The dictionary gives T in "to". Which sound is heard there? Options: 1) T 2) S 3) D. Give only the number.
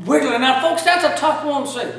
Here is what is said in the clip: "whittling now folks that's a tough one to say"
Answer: 2